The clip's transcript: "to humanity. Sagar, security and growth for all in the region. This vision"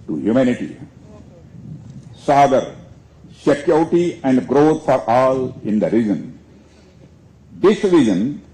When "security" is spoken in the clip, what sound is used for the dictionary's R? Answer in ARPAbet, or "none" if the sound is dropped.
none